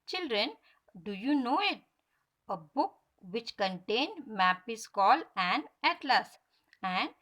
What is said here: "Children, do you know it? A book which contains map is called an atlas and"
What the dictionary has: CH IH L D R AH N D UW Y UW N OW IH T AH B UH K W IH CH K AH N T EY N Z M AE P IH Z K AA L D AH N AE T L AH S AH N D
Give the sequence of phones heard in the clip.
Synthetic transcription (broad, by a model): CH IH L D R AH N D UW Y UW N OW IH T AH B UH K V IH CH K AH N T EY N M AE P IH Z K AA L AH N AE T L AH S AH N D